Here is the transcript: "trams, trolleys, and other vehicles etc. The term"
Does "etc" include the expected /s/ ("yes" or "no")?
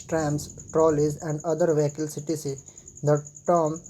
no